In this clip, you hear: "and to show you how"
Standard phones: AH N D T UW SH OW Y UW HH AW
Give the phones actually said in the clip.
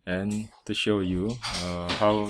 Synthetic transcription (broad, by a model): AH N T UW SH OW Y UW HH AW